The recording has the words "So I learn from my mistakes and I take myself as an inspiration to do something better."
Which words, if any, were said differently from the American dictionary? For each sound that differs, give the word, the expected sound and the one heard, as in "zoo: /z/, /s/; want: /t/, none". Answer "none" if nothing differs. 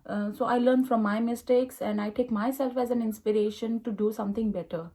something: /θ/, /t/